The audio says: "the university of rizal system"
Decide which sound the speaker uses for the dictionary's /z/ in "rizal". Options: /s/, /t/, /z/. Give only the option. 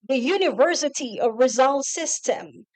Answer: /z/